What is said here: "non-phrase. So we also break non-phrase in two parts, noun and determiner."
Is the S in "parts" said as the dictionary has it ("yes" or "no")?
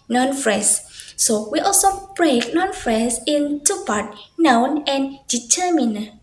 no